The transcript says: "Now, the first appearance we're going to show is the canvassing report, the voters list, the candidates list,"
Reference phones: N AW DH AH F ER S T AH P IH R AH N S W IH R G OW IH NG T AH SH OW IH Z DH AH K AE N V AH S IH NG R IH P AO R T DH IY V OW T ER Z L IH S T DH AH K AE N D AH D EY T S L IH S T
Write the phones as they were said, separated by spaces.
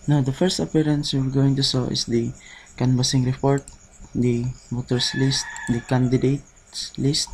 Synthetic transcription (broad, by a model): N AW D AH F ER S T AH P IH R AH N S W IH R G OW IH NG T AH S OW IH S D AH K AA N B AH S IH NG R IH P AO R T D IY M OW T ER S L IH S T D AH K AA N D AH D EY T S L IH S T